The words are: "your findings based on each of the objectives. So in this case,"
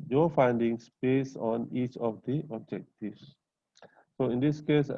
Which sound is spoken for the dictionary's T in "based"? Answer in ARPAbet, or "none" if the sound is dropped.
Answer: none